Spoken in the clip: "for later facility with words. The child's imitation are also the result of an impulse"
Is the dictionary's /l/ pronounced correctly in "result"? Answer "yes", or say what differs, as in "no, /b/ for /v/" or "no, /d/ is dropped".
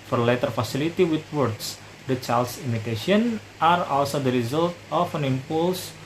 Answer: yes